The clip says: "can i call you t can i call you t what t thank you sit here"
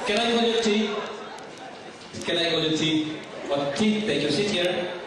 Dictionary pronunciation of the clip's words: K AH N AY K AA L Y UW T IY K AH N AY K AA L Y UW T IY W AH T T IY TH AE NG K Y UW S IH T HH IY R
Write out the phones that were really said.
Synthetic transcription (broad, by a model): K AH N AY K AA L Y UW T IY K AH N AY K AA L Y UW T IY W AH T T IY T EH K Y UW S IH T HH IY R